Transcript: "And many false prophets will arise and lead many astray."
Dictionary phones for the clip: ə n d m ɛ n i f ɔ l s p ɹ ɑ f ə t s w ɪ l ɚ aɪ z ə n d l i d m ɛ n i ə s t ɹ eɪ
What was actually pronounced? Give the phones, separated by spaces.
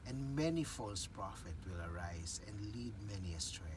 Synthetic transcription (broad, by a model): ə n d m ɛ n i f ɔ l s p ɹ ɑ f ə t w ɪ l ɚ aɪ z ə n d l i d m ɛ n i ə s t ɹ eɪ